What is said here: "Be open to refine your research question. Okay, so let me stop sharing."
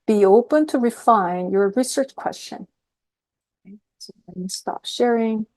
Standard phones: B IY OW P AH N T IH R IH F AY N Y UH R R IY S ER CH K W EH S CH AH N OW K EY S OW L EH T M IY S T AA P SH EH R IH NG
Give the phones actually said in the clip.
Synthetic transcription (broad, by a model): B IY OW P AH N T IH R IH F AY N Y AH R R IY S ER CH K W EH S CH AH N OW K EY S OW W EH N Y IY S T AA P SH EH R IH NG